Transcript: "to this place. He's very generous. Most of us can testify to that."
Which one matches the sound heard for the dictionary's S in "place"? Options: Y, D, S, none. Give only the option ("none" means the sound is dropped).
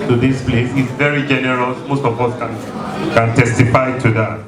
S